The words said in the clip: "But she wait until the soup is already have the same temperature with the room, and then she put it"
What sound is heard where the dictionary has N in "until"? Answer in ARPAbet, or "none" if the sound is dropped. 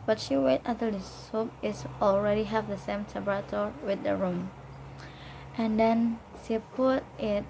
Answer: none